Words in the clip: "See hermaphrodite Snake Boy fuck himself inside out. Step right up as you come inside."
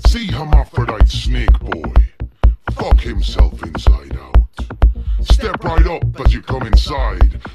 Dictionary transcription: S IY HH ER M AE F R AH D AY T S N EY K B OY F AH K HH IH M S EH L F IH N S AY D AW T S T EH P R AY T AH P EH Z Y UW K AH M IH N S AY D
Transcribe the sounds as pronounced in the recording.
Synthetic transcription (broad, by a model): S IY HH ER M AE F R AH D AY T S N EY K B OY F AH K HH IH M S EH L F IH N S AY D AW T S T EH P R AY T AH P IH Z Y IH K AH M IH N S AY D